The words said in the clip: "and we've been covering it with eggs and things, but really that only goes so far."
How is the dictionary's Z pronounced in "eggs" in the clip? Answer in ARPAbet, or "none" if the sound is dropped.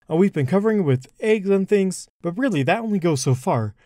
Z